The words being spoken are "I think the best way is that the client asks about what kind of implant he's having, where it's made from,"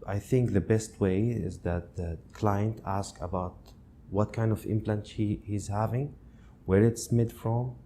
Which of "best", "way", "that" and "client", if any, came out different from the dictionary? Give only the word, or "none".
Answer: none